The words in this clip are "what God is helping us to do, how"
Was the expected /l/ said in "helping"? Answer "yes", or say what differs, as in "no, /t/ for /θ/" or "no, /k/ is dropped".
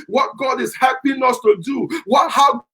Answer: no, /l/ is dropped